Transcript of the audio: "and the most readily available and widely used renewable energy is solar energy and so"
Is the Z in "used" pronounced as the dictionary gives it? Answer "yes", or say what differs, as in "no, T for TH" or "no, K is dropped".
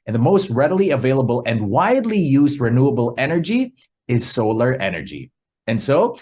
yes